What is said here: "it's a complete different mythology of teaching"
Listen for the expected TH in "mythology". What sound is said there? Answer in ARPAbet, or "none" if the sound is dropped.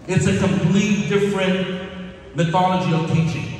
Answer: TH